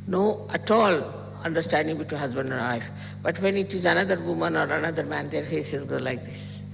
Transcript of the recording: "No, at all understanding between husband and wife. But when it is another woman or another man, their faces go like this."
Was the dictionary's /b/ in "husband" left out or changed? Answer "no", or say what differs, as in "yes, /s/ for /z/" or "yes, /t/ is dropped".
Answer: no